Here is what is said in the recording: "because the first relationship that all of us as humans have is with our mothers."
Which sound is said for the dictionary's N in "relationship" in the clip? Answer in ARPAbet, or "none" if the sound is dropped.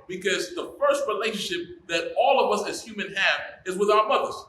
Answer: N